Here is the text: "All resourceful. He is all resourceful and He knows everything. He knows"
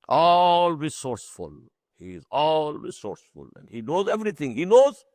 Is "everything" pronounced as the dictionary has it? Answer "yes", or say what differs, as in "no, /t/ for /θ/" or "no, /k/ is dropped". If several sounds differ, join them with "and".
no, /t/ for /θ/